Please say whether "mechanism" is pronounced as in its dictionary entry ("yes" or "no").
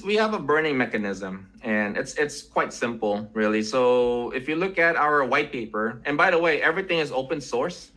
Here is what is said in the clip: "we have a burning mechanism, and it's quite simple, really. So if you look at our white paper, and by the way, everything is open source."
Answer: yes